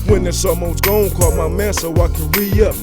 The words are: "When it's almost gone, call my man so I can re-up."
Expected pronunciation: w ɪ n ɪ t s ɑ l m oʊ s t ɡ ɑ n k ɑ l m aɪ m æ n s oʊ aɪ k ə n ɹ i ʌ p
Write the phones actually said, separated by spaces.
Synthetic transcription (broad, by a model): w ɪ n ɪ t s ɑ m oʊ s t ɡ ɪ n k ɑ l m aɪ m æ s oʊ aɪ k ə n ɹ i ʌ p